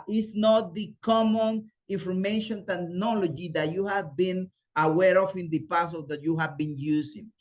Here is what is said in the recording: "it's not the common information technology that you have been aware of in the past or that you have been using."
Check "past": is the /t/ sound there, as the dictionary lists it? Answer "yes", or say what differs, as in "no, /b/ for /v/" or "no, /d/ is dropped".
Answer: no, /t/ is dropped